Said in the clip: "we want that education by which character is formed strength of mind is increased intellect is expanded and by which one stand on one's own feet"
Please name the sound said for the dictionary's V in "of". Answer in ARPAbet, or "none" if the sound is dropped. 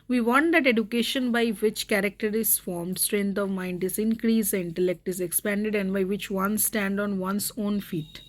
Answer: V